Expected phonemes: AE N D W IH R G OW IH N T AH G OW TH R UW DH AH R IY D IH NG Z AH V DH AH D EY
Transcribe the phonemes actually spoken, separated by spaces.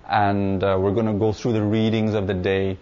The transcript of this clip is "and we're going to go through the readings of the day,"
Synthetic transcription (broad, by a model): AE N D W IH R G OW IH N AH G OW TH R UW DH AH R IY D IH NG Z AH V DH AH D EY